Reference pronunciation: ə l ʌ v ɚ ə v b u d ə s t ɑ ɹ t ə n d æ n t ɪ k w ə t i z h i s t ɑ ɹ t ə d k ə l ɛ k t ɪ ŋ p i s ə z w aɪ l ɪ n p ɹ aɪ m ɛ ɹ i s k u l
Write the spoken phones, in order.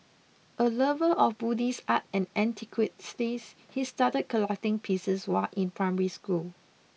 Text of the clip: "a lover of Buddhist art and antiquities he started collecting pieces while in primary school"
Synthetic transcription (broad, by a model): ə l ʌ v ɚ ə f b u d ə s ɑ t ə n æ n t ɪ k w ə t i s h i s t ɑ t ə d k ə l ɛ k t ɪ ŋ p i s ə s w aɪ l ɪ n p ɹ aɪ m ɛ ɹ i s k u l